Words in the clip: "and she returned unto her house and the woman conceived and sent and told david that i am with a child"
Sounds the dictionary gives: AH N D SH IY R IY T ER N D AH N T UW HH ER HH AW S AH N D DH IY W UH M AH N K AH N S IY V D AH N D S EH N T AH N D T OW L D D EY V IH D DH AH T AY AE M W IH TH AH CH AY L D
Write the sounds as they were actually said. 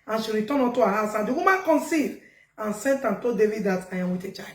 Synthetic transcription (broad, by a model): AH N SH IY R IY T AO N AO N T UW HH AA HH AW S AH N D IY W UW M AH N K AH N S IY D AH N S EH N T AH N T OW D D EY V IH D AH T AY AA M W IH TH AH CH AY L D